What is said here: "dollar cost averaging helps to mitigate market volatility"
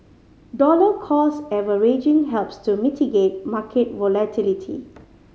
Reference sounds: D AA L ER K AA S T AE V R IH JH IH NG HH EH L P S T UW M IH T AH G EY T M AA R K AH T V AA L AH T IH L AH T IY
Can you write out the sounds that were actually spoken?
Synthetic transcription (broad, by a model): D AA L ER K AA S EH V R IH JH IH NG HH EH L P S T UW M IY T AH G EY T M AA K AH T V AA L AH T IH L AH T IY